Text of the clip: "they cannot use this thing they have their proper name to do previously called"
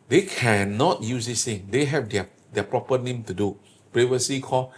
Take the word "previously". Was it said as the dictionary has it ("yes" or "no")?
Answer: no